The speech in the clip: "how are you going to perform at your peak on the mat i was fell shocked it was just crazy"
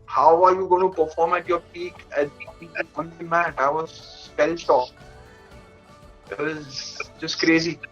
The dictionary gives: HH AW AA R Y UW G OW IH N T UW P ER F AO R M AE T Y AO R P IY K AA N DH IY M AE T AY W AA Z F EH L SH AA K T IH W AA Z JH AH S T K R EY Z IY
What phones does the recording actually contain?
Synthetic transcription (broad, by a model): HH AW AA R Y UW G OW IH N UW P ER F AO R M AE T Y AO R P IY K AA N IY M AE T AY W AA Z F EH L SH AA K IH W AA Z JH AH S T K R EY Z IY